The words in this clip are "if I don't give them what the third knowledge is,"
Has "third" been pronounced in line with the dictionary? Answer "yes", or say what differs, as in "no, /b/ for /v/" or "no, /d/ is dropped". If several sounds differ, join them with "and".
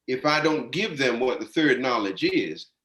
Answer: yes